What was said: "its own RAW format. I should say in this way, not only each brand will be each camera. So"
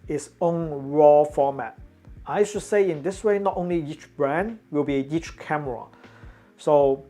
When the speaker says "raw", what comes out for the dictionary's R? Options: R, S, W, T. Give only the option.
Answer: R